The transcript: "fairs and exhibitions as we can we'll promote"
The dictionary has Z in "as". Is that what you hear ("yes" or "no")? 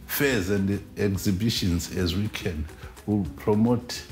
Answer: yes